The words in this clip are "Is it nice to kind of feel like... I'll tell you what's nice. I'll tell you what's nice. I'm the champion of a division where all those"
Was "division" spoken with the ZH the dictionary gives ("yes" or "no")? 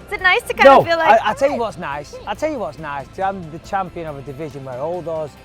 yes